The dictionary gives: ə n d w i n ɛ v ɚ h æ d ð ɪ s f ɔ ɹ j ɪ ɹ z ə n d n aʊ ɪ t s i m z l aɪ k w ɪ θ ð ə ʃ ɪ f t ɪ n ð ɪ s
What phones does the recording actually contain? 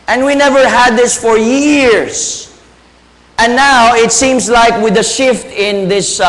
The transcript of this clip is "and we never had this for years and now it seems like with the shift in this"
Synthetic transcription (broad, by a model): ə n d w i n ɛ v ɚ h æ d ð ɪ s f ɔ ɹ j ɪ ɹ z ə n n aʊ ɪ t s i m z l aɪ k w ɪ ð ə ʃ ɪ f t ɪ n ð ɪ s